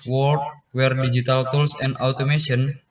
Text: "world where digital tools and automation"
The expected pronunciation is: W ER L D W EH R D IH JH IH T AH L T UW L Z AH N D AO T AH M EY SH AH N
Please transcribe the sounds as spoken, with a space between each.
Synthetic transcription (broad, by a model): W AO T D W EH R D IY JH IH T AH L T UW L S AH N D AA T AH M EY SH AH N